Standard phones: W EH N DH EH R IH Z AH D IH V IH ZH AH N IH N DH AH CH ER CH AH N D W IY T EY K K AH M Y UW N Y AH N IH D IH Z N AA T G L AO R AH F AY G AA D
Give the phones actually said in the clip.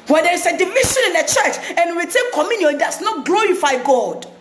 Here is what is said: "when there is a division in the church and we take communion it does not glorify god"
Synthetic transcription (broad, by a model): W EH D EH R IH S AH D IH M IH SH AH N IH N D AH CH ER CH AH N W W IY T EY K K AH M Y UW N Y AH N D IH S N AA T G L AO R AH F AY G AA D